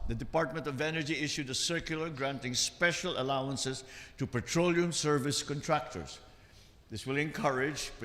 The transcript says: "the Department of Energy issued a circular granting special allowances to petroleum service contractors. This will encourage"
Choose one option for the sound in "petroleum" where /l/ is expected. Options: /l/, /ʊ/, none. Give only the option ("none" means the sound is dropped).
/l/